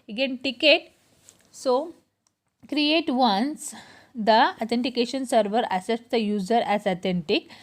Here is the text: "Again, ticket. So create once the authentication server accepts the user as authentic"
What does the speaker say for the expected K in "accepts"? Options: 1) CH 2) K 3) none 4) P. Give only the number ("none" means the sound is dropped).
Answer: 3